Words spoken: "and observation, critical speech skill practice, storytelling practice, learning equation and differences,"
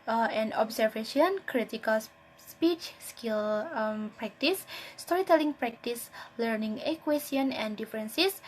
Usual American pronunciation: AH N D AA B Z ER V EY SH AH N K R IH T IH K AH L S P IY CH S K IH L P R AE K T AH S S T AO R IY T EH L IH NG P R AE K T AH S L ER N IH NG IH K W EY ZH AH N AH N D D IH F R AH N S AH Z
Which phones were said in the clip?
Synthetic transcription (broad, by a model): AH N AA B S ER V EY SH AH N K R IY T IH K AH L S P IY CH S K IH L P R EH K T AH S S T AO R IY T EH L IH NG P R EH K T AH S L ER N IH NG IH K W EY S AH N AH N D D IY F R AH N S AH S